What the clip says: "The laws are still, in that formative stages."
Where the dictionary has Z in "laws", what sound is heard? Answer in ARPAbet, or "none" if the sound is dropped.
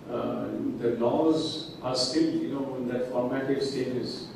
Z